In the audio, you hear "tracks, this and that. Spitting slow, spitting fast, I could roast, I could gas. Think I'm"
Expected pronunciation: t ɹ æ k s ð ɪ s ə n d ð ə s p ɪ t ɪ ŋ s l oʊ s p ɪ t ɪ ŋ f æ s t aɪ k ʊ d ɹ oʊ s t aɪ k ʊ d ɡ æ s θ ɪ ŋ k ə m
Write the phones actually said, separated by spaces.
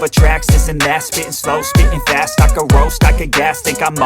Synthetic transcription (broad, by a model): t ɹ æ k s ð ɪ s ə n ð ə s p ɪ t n s l oʊ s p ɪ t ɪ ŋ f æ s t aɪ k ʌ ɹ oʊ s t aɪ k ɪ ɡ æ s t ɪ k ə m